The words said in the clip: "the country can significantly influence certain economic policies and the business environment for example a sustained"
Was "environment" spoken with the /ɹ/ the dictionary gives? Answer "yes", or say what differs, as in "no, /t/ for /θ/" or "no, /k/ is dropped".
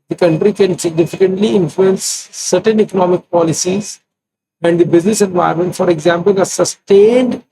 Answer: no, /ɹ/ is dropped